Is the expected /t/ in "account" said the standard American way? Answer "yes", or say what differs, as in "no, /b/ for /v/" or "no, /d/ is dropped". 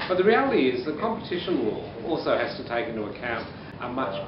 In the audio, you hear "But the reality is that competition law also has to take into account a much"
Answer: yes